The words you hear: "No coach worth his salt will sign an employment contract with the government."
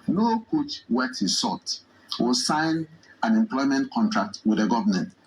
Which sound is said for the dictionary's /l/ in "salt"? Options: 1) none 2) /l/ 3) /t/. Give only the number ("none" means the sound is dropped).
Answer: 1